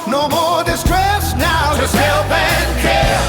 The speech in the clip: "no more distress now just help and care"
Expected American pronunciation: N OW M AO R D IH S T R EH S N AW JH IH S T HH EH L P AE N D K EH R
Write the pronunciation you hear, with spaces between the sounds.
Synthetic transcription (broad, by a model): N OW M AO R D IH S T R EH S N AW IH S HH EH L B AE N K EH